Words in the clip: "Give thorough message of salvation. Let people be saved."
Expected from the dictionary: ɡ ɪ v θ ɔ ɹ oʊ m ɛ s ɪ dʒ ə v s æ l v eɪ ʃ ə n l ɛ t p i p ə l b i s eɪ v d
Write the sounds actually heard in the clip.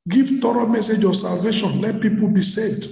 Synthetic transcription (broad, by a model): ɡ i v t ɔ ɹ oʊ m ɛ s ɪ dʒ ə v s æ l v eɪ ʃ ə n l ɛ t p i p ə l b i s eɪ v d